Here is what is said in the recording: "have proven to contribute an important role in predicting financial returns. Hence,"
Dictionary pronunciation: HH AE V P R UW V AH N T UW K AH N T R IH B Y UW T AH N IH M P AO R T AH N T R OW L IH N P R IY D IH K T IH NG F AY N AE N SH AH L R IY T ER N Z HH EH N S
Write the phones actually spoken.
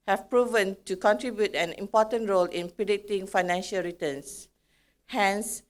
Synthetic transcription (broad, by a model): HH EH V P R UW V AH N T UW K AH N T R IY B Y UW T AH N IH M P AO T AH N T R OW L IH N P R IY D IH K T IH NG F AY N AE N SH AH L R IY T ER N S HH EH N S